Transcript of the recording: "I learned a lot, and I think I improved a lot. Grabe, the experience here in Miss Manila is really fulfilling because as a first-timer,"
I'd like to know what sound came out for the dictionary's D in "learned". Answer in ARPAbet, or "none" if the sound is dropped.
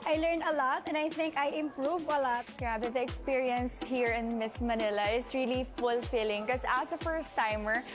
none